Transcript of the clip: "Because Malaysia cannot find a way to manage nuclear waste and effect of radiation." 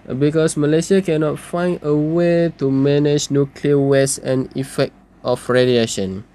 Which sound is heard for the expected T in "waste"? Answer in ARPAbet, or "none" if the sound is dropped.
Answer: none